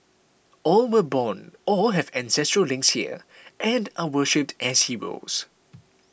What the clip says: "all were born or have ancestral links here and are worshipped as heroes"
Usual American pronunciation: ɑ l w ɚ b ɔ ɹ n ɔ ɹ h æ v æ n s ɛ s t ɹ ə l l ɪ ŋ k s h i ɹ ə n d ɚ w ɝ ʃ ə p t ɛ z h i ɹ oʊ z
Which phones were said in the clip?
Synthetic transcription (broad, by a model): ɑ l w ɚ b ɔ n ɔ l h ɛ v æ n s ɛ s t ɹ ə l l ɪ ŋ k s h i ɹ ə n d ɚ w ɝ ʃ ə p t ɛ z h i w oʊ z